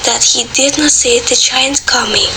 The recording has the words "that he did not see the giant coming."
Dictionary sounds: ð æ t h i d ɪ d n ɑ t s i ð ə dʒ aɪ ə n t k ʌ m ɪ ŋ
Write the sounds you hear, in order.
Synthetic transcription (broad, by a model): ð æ t h i d ɪ d n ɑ t s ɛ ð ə tʃ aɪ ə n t k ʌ m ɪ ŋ